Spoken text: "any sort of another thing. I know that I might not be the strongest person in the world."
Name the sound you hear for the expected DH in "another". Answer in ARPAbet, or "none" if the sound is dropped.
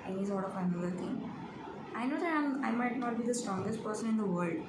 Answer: none